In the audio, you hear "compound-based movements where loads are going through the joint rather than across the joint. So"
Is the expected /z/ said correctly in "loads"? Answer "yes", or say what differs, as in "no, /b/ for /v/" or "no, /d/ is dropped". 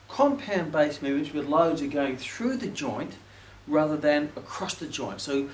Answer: yes